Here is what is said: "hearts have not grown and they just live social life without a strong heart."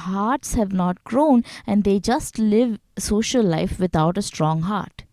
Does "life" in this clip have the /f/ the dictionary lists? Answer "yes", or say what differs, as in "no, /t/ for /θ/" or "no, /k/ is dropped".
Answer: yes